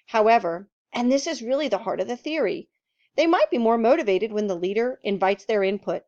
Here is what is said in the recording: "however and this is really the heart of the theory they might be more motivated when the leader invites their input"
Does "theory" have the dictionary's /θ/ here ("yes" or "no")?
yes